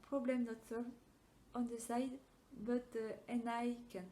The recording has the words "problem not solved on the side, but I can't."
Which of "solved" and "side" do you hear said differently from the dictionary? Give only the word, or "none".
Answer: solved